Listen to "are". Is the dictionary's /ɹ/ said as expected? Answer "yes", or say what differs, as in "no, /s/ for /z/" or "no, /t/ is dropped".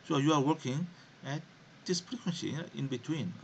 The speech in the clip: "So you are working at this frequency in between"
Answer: yes